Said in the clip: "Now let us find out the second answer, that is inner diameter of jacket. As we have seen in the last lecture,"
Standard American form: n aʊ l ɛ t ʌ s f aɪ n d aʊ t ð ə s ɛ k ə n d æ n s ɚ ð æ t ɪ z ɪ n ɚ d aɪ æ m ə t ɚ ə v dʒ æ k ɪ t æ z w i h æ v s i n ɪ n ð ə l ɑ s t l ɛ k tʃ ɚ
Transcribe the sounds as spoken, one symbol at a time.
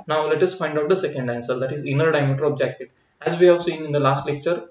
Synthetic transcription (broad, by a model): n aʊ l ɛ t ʌ s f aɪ n d aʊ t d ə s ɛ k ə n d æ n s ɚ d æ t ɪ z ɪ n ɚ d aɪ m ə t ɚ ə b dʒ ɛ k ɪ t æ z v i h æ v s i n ɪ n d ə l ɑ s t l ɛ k tʃ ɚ